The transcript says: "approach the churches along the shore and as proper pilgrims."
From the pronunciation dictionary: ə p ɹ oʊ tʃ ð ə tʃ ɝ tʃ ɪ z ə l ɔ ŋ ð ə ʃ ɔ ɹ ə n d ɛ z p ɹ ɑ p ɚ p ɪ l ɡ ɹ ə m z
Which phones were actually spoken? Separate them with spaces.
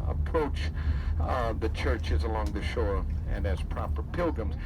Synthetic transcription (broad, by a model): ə p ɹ oʊ tʃ ð ə tʃ ɝ tʃ ɪ z ə l ɔ ŋ ð ə ʃ ɔ ɹ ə n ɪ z p ɹ ɑ p ɚ p ɪ l ɡ ɹ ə m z